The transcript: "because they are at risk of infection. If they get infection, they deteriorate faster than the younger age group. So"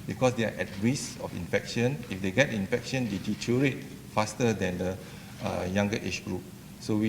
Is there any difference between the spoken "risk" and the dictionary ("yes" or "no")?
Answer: yes